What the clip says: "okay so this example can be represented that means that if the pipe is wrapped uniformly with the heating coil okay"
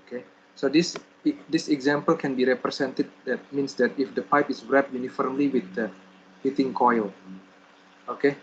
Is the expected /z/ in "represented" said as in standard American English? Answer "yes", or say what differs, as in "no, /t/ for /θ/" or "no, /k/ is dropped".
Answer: no, /s/ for /z/